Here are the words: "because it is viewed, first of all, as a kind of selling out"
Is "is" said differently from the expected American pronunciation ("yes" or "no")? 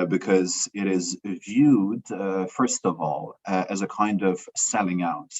no